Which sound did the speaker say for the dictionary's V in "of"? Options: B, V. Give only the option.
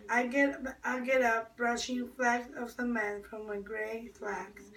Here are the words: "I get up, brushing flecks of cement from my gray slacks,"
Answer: V